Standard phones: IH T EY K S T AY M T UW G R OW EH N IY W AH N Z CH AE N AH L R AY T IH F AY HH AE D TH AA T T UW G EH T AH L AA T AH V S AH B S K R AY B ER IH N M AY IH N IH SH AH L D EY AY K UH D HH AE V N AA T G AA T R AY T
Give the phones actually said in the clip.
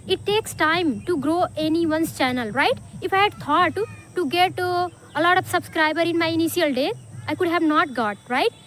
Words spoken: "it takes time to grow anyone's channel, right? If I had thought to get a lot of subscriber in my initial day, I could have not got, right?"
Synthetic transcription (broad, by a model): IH T EY K S T AY M T UW G R OW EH N IY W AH N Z CH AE N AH L R AY T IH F AY HH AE D T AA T T UW G EH T AH L AA T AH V S AH B S K R AY B ER IH N M AY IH N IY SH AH L D EY AY K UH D HH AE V N AA T G AA T R AY T